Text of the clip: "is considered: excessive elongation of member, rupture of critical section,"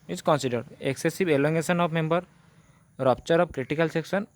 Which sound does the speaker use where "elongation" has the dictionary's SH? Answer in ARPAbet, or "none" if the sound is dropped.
S